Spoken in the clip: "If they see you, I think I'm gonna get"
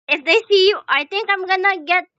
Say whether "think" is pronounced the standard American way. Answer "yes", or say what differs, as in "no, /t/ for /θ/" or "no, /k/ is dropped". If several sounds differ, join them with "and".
no, /t/ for /θ/